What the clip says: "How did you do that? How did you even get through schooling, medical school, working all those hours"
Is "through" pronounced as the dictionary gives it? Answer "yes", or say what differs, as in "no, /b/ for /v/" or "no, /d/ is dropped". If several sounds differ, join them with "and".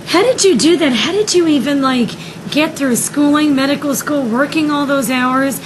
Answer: yes